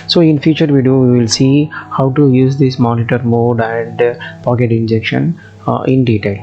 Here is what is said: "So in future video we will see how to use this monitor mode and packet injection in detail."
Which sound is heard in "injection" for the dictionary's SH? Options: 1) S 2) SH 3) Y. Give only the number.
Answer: 2